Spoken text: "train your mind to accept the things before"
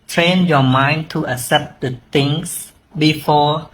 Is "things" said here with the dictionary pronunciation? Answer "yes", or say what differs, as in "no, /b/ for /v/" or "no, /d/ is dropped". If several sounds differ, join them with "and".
no, /t/ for /θ/ and /s/ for /z/